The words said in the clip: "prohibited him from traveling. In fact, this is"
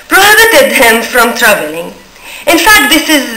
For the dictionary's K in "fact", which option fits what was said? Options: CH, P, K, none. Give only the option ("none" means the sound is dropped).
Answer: K